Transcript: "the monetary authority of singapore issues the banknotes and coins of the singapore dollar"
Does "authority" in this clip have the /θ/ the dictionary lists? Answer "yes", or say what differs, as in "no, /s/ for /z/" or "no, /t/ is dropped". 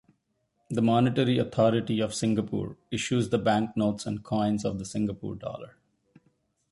no, /t/ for /θ/